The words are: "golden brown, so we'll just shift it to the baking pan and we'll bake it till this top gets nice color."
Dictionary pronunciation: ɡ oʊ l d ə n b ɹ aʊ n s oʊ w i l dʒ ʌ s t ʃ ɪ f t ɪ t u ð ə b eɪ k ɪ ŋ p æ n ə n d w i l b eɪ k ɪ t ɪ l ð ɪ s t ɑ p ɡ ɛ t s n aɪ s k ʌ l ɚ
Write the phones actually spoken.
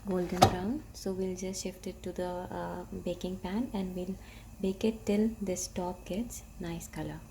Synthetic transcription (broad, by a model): ɡ oʊ l d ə n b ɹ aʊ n s oʊ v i l dʒ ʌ s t ʃ ɪ f t ɪ t u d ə b eɪ k ɪ ŋ p æ n ə n d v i l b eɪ k ɪ t ɪ l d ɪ s t ɑ p ɡ ɛ t s n aɪ s k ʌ l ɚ